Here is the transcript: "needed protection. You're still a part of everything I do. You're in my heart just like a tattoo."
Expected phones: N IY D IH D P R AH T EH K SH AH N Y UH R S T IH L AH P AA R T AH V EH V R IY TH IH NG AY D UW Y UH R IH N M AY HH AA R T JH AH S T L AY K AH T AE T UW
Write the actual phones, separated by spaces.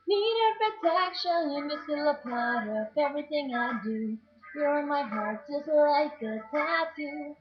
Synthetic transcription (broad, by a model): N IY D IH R P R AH T EH K SH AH N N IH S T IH L AH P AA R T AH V EH V R IY TH IH NG AY D UW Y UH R IH N M AY HH AA R T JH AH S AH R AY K AH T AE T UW